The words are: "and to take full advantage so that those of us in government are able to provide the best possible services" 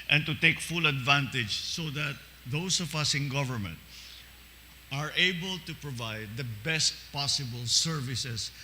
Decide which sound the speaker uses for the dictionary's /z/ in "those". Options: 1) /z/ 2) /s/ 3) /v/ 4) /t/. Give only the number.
2